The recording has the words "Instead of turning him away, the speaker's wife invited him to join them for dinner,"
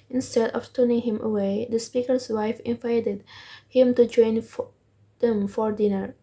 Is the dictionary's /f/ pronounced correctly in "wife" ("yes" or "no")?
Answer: yes